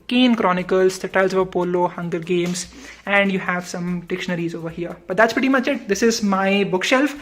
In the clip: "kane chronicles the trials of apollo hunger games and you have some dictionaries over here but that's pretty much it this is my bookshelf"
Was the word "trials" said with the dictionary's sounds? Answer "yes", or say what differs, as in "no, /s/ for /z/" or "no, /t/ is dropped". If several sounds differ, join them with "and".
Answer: no, /ɹ/ is dropped